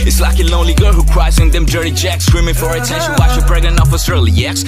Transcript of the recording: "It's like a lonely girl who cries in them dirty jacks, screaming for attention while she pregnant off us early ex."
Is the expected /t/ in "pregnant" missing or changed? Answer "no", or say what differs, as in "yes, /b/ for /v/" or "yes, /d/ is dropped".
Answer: yes, /t/ is dropped